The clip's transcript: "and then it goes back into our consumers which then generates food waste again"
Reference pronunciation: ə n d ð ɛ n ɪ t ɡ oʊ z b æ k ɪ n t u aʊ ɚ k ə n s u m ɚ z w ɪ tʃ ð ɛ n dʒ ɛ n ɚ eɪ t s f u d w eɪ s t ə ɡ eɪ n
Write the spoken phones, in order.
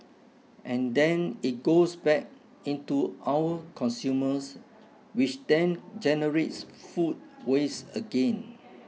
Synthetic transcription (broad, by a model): ə n d ɛ n ɪ t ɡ oʊ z b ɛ k ɪ n t u aʊ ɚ k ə n s u m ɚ s w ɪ tʃ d ɛ n dʒ ɛ n ɚ eɪ t s f u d w eɪ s ə ɡ eɪ n